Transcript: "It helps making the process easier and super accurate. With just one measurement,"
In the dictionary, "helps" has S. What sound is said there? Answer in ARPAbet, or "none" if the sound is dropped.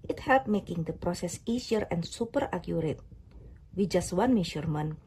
none